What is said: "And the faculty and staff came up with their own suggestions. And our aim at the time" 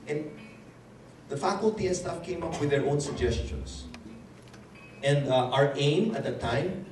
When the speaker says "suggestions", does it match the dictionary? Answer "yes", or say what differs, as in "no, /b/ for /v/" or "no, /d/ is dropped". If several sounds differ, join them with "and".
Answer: no, /s/ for /z/